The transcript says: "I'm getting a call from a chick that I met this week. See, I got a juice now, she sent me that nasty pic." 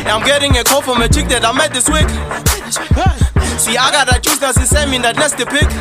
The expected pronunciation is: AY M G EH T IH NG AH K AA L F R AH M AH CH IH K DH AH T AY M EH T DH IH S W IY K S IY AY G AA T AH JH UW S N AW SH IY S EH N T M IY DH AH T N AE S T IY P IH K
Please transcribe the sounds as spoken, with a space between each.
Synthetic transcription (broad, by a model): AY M G EH T IH NG AH K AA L F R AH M AH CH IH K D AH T AY M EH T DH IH S W IY K S IY AY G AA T AH CH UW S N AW S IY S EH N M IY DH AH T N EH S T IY P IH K